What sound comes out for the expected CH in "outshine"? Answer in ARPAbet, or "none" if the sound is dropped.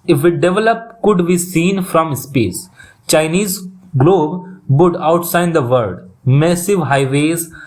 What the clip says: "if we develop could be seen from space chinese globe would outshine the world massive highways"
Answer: S